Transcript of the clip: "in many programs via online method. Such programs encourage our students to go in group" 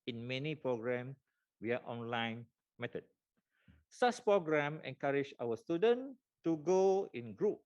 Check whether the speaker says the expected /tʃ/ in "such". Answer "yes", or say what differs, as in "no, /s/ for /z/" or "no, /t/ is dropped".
no, /s/ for /tʃ/